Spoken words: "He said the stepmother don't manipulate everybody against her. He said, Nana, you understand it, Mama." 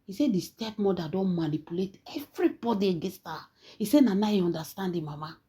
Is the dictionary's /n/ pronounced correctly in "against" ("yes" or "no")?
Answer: no